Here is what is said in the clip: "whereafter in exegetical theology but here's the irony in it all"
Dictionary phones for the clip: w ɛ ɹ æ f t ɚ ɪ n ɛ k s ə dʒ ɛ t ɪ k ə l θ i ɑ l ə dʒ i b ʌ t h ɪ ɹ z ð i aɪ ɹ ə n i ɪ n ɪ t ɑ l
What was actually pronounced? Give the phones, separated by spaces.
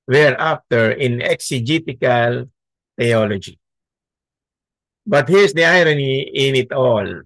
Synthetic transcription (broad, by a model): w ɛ ɹ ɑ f t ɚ ɪ n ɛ k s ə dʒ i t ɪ k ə l t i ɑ l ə dʒ i b ʌ t h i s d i aɪ ɹ ə n i ɪ n ɪ t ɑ l